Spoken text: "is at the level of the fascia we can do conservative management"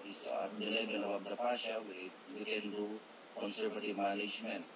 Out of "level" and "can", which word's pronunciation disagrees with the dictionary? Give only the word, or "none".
level